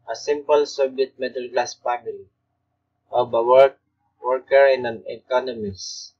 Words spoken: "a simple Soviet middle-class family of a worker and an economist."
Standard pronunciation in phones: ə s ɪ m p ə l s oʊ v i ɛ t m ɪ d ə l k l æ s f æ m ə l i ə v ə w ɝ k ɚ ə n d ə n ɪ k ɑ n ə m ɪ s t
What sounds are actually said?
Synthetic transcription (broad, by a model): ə s ɪ m p ə l s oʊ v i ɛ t m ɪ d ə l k l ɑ s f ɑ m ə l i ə w ə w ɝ k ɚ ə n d ə n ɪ k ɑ n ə m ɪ s